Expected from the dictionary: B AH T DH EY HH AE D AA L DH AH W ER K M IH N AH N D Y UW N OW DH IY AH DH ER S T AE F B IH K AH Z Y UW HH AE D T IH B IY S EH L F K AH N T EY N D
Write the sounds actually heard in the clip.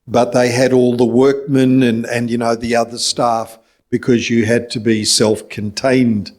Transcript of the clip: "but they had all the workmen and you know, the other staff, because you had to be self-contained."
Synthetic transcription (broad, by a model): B AH T DH EY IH D AA L DH AH W ER K M IH N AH N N Y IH N OW DH IY AH DH ER S T AE F B IH K AH Z Y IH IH D T IH B IY S EH L F K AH N T EY N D